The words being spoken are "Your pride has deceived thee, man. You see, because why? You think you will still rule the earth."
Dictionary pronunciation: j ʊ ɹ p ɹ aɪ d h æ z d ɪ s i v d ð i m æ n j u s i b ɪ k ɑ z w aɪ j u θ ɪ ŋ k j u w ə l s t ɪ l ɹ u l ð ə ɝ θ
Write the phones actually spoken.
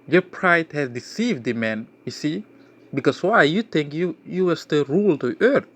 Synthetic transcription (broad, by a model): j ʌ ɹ p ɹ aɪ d h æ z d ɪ s i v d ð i m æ n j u s i b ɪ k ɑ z w aɪ j u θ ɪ ŋ k j u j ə w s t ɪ ɹ u l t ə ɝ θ